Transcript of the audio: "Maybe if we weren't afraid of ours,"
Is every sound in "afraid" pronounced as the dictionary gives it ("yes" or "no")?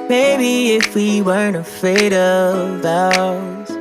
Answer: no